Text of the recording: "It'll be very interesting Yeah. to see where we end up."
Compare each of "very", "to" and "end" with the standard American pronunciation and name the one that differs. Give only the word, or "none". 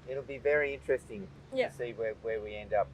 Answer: to